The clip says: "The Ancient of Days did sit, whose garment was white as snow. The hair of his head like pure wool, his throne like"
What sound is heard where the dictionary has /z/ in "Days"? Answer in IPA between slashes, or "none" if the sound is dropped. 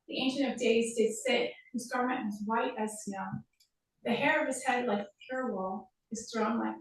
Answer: /z/